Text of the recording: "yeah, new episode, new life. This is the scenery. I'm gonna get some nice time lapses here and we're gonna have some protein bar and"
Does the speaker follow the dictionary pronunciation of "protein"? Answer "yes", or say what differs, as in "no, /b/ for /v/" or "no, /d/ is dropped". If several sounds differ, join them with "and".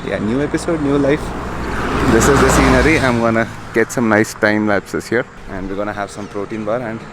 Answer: yes